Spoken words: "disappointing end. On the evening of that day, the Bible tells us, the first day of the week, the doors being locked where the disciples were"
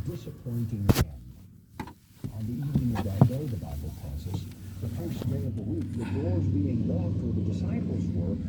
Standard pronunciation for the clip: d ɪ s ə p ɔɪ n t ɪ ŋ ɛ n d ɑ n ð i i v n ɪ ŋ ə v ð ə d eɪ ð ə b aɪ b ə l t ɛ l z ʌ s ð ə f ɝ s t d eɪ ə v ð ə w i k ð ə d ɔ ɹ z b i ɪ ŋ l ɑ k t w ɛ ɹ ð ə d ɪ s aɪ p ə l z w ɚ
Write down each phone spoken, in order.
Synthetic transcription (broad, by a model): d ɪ s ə p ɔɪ n t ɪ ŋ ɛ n ʌ n ð i i v n ɪ ŋ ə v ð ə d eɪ ð ə b aɪ b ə l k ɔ z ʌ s ð ə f ɝ s d eɪ ə v ð ə w i k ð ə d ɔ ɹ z b i ɪ ŋ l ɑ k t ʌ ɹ ð ə d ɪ s aɪ p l z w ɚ